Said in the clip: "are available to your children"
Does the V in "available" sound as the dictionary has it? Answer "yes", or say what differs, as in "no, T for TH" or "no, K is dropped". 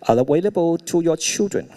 no, W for V